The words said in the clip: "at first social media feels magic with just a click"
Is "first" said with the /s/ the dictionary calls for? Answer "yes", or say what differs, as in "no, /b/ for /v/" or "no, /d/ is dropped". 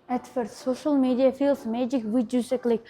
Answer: no, /s/ is dropped